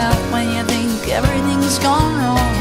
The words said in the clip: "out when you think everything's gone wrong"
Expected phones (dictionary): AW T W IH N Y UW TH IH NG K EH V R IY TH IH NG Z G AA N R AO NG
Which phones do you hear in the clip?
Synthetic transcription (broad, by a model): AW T W IH N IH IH TH IH NG K EH V R IY TH IH NG Z G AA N R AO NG